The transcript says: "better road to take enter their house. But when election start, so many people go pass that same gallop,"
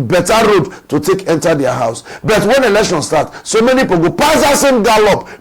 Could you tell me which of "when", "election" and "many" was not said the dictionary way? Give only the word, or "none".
none